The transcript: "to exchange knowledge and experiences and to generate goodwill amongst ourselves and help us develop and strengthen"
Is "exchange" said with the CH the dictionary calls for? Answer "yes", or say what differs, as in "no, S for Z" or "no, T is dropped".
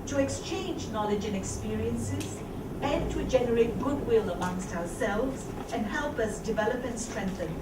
yes